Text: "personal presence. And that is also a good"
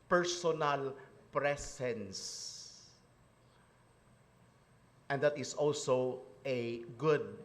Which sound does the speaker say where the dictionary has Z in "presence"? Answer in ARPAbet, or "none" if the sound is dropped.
S